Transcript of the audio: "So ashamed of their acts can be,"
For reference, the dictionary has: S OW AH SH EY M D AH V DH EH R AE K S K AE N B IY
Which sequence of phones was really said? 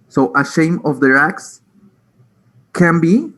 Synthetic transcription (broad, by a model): S OW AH SH EY M AH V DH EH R AE K S K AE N B IY